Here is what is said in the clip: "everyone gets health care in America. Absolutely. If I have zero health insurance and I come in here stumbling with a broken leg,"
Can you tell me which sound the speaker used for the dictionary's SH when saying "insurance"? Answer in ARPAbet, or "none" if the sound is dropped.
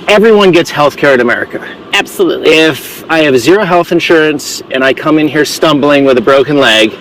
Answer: SH